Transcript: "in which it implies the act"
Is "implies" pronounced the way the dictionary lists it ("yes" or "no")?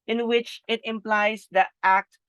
yes